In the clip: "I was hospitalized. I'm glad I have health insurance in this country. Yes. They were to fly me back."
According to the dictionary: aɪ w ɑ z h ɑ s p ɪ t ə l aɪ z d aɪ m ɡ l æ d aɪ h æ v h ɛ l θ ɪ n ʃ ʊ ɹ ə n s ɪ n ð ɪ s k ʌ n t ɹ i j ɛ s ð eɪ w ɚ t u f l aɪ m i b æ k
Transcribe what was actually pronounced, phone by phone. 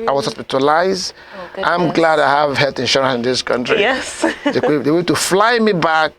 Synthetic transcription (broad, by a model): aɪ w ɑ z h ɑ s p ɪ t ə l aɪ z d aɪ m ɡ l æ d aɪ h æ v h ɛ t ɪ n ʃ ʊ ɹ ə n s ɪ n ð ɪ s k ʌ n t ɹ i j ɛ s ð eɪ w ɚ t u f l aɪ m i b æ k